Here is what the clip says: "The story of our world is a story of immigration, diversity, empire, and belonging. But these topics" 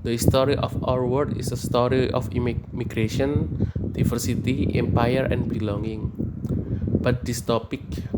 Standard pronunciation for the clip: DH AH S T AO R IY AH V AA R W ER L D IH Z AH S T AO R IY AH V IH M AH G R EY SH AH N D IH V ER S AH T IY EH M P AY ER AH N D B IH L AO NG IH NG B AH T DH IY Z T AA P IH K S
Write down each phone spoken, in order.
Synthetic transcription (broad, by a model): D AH S T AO R IY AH F AA R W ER D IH S AH S T AO R IY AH F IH M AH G R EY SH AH N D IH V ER S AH T IY EH M P AY ER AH N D B IH L AO NG IH NG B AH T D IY S T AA P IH K